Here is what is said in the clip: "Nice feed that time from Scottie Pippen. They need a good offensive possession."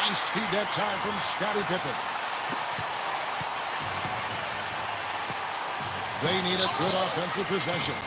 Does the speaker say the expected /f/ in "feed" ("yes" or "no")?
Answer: no